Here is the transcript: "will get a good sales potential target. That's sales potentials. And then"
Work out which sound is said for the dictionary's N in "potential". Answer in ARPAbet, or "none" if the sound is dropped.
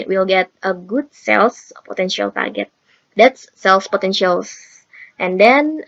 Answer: N